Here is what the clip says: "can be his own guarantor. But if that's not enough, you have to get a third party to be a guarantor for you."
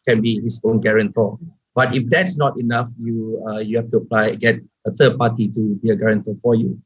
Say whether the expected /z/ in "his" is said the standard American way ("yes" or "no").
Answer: no